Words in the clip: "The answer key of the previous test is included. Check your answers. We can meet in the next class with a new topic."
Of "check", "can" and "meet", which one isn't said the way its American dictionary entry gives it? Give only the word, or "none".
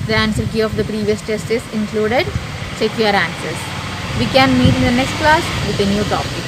check